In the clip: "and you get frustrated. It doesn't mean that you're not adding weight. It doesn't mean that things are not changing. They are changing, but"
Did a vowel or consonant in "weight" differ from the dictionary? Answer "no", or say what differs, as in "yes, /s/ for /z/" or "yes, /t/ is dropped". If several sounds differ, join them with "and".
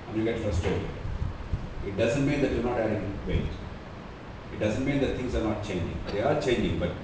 yes, /t/ is dropped